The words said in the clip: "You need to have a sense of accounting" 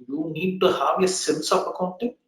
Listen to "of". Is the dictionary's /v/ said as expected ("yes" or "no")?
no